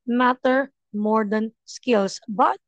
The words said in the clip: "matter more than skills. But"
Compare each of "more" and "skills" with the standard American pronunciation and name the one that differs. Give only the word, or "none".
skills